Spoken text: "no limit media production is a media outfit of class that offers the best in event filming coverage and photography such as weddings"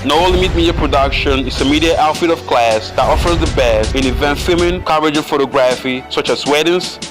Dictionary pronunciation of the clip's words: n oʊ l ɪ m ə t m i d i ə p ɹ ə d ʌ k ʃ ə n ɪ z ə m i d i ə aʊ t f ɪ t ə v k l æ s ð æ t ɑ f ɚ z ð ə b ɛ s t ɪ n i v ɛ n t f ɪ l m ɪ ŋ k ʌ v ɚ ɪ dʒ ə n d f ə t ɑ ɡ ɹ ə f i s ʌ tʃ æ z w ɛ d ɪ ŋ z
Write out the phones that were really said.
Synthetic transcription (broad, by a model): n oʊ l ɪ m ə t m i d i ə p ɹ ə d ʌ k ʃ ə n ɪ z ə m i d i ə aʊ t f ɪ t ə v k l æ s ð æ t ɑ f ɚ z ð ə b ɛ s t ɪ n i v ɛ n t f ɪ m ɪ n k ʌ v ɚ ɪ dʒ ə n f ə t ɑ ɡ ɹ ə f i s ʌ tʃ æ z w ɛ d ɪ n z